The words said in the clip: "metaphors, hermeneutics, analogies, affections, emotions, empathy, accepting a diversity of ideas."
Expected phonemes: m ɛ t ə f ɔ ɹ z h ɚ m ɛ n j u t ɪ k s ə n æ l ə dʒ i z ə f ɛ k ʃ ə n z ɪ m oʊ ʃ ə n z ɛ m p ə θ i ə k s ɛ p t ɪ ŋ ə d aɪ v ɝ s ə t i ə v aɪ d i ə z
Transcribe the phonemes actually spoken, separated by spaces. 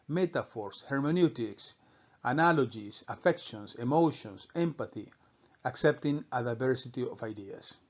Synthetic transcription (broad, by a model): m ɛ t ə f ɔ ɹ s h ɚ m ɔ n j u t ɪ k s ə n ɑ l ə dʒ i s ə f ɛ k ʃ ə n s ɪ m oʊ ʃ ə n s ɛ m p ə θ i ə k s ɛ p t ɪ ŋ ə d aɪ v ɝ s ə t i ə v aɪ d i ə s